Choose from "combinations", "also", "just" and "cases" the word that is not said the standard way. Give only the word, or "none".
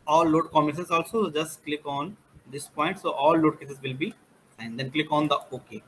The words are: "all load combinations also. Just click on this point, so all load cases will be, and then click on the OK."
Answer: combinations